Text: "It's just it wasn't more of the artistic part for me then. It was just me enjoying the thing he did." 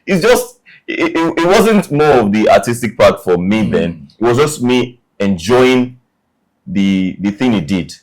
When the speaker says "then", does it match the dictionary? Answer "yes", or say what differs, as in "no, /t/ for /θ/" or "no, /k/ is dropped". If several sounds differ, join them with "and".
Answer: yes